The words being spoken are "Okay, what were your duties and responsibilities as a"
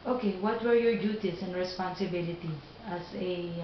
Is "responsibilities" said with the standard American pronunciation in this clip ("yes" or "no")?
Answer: no